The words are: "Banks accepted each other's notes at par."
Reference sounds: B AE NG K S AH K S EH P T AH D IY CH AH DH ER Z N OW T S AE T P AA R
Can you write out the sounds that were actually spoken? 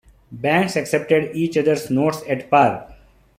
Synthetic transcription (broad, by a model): B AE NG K S AH K S EH P T AH D IY CH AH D ER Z N OW T S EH T P AA R